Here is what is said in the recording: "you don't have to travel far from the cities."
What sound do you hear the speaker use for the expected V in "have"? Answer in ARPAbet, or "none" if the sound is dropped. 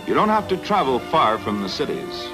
F